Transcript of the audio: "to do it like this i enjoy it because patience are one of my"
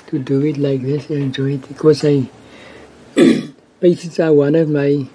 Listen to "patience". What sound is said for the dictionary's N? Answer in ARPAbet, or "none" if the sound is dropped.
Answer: none